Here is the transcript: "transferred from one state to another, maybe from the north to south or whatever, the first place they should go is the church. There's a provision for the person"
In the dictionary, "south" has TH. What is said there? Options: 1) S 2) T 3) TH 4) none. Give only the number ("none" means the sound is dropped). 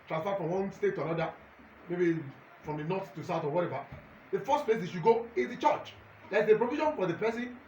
2